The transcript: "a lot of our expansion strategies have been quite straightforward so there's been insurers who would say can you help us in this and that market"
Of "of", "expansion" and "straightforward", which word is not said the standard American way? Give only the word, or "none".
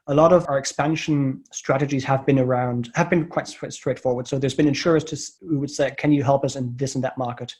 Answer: none